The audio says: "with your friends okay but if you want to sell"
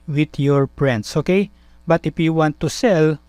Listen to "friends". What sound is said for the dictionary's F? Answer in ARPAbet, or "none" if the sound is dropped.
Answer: P